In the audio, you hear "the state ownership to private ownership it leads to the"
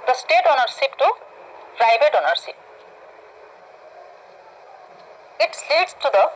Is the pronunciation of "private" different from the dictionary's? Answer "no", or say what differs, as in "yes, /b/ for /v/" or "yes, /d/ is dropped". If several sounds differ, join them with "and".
yes, /b/ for /v/